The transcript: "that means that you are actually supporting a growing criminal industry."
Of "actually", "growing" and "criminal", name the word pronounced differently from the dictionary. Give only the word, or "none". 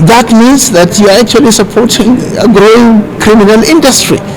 none